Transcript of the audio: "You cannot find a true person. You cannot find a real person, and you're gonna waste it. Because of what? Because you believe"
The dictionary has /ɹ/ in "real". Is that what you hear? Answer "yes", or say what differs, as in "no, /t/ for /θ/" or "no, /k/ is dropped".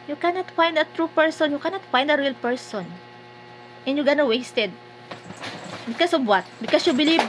yes